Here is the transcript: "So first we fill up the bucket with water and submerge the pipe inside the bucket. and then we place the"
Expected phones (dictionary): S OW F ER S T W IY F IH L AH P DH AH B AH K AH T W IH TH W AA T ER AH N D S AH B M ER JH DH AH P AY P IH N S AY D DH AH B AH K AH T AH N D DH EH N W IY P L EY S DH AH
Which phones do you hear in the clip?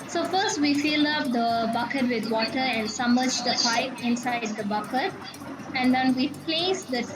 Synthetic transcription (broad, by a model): S OW F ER S T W IY F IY L AH P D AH B AH K AH T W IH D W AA T ER AH N D S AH M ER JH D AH P AY P IH N S AY D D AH B AH K AH T AH N D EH N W IY P L EY S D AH